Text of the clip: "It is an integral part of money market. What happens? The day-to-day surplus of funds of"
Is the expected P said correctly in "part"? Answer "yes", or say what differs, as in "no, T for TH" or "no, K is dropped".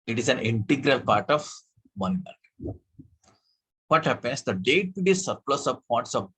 yes